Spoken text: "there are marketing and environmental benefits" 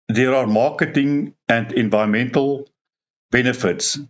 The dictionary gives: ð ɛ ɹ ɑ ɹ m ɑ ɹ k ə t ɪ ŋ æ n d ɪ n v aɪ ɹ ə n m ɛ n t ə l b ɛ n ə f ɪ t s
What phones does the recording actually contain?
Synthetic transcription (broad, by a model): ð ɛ ɹ ɑ ɹ m ɑ k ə t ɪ ŋ æ n d ɪ n v aɪ ɹ ə n m ɛ n t ə l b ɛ n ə f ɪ t s